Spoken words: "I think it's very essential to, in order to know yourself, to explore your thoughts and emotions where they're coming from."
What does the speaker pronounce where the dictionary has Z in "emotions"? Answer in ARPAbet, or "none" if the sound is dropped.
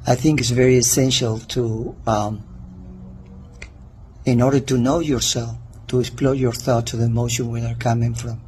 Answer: none